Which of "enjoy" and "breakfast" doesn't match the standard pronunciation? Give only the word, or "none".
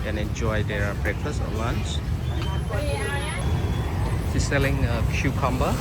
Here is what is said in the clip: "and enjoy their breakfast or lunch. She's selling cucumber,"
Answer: breakfast